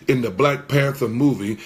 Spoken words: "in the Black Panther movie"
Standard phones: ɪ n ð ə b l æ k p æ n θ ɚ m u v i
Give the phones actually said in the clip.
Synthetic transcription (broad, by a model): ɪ n ð ə b l æ k p æ n θ ɚ m u v i